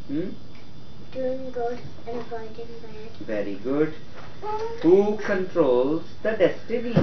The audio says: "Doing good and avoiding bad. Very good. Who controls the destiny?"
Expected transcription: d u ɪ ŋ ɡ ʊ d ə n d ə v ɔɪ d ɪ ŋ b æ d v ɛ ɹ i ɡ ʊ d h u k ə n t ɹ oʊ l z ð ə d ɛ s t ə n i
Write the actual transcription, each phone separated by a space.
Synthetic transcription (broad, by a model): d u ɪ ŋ ɡ ʊ d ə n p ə ɪ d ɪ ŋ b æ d v ɛ ɹ i ɡ ʊ d h u k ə n t ɹ oʊ l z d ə d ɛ s t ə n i